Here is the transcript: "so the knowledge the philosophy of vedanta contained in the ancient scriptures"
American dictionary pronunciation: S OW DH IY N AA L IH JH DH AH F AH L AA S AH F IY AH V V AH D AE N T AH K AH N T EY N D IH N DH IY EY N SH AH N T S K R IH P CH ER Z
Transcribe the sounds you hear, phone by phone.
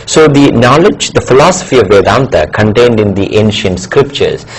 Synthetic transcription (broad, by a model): S OW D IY N AA L IH JH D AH F AH L AA S AH F IY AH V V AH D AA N T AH K AH N T EY N D IH N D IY EY N SH AH N T S K R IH P CH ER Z